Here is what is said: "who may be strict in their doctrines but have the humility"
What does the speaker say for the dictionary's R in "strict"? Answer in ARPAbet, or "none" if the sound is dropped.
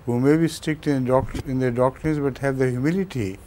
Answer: none